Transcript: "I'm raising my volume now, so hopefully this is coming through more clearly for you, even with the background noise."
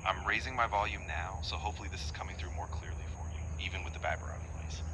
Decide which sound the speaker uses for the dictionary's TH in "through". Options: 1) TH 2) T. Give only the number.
1